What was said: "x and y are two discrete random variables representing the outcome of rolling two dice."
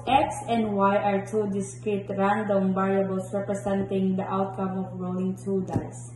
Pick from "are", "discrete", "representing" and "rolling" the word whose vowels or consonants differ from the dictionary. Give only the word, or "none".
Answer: representing